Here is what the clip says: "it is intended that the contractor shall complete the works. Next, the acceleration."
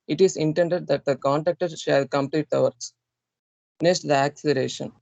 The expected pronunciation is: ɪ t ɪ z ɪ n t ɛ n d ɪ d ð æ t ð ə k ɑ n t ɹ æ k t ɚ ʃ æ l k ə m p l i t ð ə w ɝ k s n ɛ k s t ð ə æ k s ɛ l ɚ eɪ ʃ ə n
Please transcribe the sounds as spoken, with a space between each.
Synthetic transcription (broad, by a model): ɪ t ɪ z ɪ n t ɛ n d ɪ d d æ t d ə k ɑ n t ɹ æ k t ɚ ʃ æ l k ə m p l i t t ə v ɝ s n ɛ k s t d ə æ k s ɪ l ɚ eɪ ʃ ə n